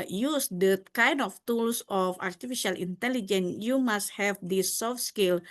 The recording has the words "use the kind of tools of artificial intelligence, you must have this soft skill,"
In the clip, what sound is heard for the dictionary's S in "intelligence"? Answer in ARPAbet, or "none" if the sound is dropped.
none